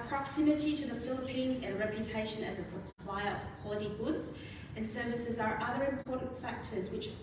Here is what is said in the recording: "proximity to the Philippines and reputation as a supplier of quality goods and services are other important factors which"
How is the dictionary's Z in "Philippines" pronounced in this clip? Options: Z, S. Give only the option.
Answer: Z